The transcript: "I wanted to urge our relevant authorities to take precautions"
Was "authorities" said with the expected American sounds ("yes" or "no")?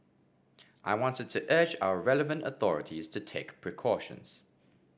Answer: yes